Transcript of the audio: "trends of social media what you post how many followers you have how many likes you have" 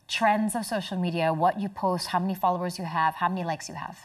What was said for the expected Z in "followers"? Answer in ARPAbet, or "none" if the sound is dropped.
Z